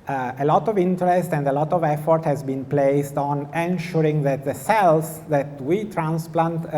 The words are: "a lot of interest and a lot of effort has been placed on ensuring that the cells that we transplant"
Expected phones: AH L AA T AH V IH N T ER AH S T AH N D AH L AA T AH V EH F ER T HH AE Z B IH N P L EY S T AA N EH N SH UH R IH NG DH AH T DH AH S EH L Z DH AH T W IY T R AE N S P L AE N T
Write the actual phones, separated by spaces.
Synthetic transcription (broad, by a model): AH L AA T AH V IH N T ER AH S T AH N D AH L AA T AH V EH F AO T HH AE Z B IH N P L EY S T AA N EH N SH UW R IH NG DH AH T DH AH S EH L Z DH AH T W IY T R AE N S P L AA N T